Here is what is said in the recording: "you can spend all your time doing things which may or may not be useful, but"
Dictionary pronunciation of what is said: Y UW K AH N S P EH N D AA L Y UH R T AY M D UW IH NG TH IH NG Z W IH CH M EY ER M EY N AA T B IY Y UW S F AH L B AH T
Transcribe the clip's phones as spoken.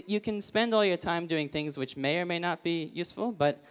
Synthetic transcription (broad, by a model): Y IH K AH N S P EH N D AA L Y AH R T AY M D UW IH NG TH IH NG Z W IH CH M EY ER M EY N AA T B IY Y UW S F L B AH T